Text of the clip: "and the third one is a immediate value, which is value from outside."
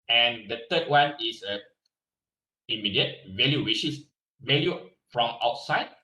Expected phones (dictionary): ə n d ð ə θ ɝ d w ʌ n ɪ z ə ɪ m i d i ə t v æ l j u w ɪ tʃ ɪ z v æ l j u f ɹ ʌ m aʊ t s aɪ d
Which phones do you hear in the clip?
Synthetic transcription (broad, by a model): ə n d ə t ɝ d w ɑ n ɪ s ə ɪ m i d i ə t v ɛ l j u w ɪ ʃ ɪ s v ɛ l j u f ɹ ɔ m aʊ t s aɪ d